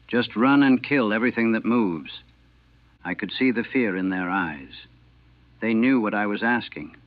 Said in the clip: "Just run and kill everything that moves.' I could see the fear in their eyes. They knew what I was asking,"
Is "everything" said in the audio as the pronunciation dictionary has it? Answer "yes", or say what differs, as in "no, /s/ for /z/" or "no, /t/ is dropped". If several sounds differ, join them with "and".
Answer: yes